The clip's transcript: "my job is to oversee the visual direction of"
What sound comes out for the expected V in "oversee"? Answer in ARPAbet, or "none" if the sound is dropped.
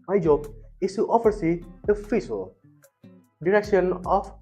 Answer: F